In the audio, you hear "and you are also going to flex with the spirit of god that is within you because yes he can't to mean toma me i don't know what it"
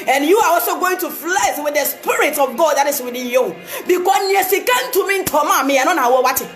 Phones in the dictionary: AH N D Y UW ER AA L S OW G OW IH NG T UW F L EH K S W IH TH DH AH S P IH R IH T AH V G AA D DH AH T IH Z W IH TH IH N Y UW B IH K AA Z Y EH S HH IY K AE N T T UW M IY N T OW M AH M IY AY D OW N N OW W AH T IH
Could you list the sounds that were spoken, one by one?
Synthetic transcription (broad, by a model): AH N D Y UW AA AA L S OW G OW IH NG T UW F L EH S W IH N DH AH S P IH R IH T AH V G AA D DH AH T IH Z W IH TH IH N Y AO B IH K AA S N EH S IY K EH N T T UW M IY N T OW M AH M IY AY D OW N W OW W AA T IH